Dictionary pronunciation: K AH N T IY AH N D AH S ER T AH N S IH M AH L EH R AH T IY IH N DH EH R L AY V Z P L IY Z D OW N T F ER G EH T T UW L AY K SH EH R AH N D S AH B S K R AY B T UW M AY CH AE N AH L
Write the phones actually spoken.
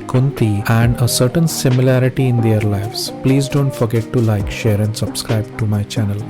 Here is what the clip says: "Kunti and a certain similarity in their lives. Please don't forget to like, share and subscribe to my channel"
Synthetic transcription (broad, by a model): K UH N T IY AH N D AH S ER T AH N S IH M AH L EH R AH T IY IH N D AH R L AY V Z P L IY Z D OW N T F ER G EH T T UW L AY K SH EH R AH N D S AH B S K R AY B T UW M AY CH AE N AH L